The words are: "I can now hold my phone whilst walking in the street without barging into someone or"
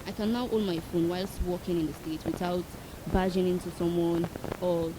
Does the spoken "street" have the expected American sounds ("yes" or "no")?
no